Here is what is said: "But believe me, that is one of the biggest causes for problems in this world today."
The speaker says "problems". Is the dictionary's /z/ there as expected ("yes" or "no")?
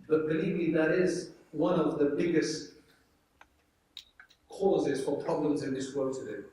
yes